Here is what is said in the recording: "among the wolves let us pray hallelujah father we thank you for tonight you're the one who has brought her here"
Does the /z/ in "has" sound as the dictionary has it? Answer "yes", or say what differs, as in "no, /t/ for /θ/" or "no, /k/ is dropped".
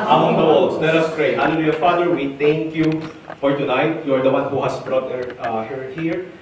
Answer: no, /s/ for /z/